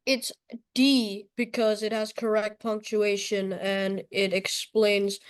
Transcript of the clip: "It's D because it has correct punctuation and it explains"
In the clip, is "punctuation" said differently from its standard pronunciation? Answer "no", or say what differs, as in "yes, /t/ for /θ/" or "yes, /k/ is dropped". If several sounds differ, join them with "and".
no